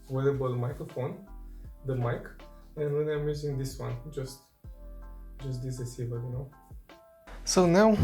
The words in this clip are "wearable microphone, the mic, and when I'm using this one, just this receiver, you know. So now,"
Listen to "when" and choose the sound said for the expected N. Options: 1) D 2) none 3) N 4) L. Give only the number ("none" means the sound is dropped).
2